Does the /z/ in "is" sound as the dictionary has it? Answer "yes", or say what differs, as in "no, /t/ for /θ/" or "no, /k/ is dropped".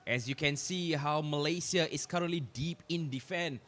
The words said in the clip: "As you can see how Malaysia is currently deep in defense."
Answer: no, /s/ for /z/